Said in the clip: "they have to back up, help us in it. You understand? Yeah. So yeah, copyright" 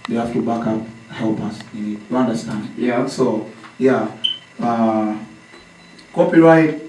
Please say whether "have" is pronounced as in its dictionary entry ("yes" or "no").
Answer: no